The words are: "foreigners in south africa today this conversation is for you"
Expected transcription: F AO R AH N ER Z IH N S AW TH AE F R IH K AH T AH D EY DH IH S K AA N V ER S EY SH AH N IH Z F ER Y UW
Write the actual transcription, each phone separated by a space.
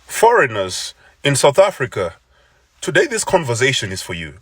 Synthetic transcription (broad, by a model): F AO R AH N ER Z IH N S AW TH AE F R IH K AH T AH D EY DH IH S K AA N V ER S EY SH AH N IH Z F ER Y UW